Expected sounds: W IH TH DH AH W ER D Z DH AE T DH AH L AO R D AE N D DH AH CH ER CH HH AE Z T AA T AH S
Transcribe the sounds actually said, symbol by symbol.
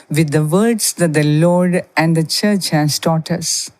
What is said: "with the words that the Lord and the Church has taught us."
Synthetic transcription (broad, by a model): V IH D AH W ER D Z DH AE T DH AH L AO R D AE N D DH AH CH ER CH HH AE S T AA T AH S